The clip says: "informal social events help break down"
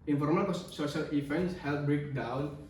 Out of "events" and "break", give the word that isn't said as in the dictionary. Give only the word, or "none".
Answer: events